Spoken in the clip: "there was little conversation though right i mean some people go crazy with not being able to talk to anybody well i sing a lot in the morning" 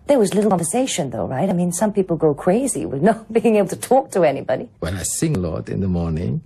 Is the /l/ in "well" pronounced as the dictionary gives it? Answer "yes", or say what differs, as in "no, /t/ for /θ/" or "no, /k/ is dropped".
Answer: no, /n/ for /l/